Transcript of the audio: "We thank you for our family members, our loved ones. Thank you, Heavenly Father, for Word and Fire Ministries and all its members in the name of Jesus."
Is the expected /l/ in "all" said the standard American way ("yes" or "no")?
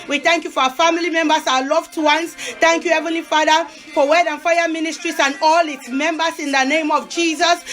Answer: yes